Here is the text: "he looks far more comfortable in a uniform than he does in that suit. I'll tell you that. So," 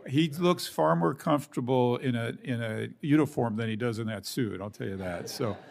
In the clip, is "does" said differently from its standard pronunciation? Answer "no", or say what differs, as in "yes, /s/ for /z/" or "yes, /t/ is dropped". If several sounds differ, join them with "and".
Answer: no